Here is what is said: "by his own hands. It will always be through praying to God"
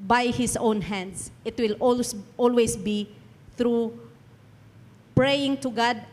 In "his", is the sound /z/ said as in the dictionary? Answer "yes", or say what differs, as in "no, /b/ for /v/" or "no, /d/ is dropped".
no, /s/ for /z/